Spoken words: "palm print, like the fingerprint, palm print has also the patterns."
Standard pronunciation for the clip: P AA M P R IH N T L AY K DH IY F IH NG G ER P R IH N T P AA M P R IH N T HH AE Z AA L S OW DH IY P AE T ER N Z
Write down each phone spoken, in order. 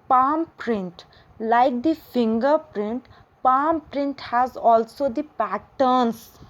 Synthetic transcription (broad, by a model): P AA M P R IH N T L AY K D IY F IH NG G ER P R IH N T P AA M P R IH N T HH AE Z AA L S OW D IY P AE T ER N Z